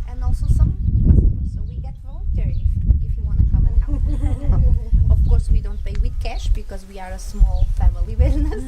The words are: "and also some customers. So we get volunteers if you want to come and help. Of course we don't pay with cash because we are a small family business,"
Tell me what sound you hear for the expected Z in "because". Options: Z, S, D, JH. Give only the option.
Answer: Z